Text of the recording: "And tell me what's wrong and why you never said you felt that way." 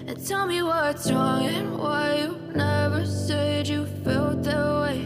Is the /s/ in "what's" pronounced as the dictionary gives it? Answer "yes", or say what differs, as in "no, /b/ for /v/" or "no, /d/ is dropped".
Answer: no, /s/ is dropped